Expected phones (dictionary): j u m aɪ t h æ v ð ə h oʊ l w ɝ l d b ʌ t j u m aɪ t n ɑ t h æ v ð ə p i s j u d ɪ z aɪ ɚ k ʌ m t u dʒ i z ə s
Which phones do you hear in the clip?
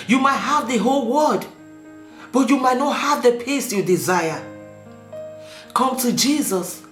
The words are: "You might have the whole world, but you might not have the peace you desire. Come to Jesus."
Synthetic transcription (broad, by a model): j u m aɪ t h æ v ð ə h oʊ l w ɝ d b ʌ t j u m aɪ t n ɑ t h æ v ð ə p i s j u d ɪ z aɪ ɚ k ʌ m t u dʒ i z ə s